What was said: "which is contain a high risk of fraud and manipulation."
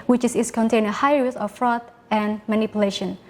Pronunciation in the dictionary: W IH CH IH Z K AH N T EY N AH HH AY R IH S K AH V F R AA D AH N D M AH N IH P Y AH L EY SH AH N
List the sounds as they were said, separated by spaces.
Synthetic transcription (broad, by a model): W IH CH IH S K AH N T EY N AH HH AY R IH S AH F R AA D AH N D M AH N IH P Y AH L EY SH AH N